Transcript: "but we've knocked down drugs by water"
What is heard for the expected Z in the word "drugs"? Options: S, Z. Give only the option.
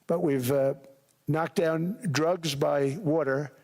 Z